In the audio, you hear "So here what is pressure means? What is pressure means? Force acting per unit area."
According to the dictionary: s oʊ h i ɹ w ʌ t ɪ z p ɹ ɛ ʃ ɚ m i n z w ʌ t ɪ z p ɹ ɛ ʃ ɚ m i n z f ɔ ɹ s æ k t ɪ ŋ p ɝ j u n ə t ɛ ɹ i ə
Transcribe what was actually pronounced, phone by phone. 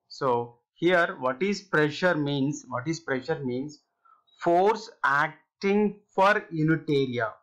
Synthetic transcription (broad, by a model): s oʊ h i ɹ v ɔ t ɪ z p ɹ ɛ ʃ ɚ m i n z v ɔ t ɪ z p ɹ ɛ ʃ ɚ m i n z f ɔ ɹ s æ k t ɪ ŋ f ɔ j u n ə t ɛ ɹ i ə